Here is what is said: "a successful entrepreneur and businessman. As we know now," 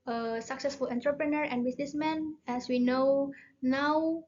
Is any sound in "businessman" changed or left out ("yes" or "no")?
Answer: yes